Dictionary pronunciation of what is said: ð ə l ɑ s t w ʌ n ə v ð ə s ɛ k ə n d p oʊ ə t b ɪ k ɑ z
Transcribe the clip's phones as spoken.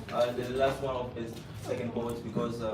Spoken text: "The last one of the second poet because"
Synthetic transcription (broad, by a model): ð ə l ɑ s t w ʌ n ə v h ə s ɛ k ə n d b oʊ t b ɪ k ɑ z